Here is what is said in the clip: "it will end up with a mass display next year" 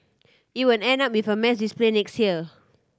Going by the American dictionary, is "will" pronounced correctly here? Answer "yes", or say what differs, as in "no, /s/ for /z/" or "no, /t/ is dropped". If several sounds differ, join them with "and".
no, /n/ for /l/